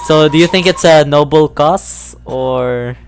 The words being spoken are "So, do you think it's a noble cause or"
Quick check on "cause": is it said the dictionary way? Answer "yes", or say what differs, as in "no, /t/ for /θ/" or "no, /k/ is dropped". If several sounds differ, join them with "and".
no, /s/ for /z/